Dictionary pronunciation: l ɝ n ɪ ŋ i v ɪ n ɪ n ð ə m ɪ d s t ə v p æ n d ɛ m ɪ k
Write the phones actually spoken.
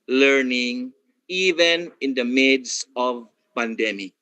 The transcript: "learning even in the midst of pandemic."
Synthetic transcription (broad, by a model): l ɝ n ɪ ŋ i v ɪ n ɪ n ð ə m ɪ d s ə v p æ n d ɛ m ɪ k